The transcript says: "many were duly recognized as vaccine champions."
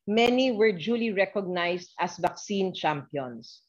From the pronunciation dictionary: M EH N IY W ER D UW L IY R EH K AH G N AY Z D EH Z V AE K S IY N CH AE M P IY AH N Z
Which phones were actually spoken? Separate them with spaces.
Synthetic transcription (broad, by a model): M EH N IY W ER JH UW L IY R EH K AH G N AY S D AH S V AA K S IY N CH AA M P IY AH N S